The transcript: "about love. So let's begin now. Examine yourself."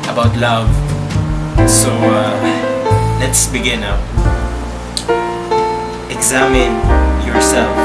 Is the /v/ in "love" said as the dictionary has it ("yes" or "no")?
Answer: yes